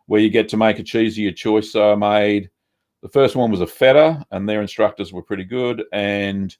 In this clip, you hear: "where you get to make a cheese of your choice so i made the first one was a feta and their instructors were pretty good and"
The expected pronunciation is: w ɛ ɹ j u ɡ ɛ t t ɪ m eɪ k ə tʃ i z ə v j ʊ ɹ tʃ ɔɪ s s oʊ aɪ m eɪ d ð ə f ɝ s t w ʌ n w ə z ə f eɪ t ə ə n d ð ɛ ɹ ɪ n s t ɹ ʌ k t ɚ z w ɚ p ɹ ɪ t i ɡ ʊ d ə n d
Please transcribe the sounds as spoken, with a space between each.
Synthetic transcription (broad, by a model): w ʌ ɹ j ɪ ɡ ɛ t t ɪ m eɪ k ə tʃ i z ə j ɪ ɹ tʃ ɔɪ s s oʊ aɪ m eɪ d ð ə f ɝ s t w ʌ n w ə z ə f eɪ t ə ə n ð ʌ ɹ ɪ n s t ɹ ʌ k t ɚ z w ɚ p ɹ ɪ t i ɡ ʊ d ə n